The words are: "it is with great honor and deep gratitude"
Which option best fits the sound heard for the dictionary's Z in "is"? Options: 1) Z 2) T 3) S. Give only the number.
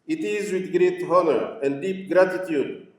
1